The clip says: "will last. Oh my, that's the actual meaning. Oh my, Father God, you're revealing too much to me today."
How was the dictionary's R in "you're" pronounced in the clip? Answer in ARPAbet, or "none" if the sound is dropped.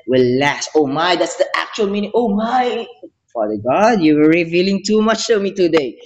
W